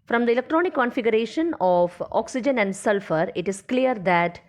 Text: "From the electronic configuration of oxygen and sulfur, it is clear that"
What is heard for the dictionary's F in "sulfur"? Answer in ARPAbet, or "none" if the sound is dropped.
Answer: F